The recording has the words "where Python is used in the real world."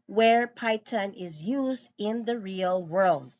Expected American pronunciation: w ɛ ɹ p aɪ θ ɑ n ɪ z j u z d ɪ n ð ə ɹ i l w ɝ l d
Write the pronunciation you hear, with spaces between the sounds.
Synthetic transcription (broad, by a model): w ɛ ɹ p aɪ t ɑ n ɪ z j u z d ɪ n ð ə ɹ i l w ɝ l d